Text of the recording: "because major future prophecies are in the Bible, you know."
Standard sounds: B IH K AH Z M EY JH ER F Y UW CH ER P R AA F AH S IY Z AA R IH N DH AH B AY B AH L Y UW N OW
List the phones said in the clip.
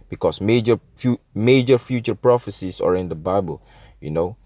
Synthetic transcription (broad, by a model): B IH K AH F M EY JH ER F Y UW CH ER P R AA F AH S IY S AA R IH N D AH B AY B AH L Y UW N OW